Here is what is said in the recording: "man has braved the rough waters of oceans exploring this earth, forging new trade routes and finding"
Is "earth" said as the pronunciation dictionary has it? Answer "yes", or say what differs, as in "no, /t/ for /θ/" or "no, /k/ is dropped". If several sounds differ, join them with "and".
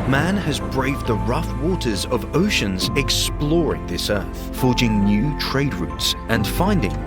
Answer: yes